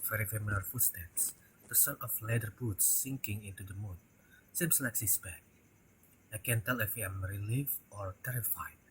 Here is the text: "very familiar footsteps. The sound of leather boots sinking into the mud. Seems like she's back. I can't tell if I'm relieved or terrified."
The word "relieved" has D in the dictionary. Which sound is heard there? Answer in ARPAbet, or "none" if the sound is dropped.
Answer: none